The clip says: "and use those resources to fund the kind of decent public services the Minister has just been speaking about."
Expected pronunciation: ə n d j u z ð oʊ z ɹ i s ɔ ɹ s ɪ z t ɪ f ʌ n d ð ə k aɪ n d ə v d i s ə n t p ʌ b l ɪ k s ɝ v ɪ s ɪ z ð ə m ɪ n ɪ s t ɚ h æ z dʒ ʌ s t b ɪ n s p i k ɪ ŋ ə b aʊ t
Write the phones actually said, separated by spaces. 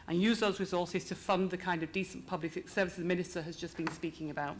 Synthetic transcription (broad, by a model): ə n j u z ð oʊ z ɹ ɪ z ɔ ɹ s ɪ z t ɪ f ʌ n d ð ə k aɪ n d ə v d i s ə n p ʌ b l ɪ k s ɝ v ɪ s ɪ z m ɪ n ɪ s t ɚ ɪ z dʒ ʌ s b ɪ n s p i k ɪ ŋ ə b aʊ t